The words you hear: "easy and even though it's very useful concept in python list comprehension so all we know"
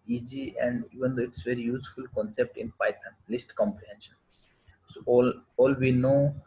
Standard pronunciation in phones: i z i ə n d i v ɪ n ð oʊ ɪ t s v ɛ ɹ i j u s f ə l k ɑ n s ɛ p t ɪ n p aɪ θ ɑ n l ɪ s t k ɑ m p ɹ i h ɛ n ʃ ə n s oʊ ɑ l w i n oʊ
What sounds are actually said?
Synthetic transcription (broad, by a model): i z i ə n d i v ɪ n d oʊ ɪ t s v ɛ ɹ i j u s f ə l k ɑ n s ɛ p t ɪ n p aɪ t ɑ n l ɪ s t k ɑ m p ɹ i h ɛ n ʃ ə n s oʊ ɑ l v i n oʊ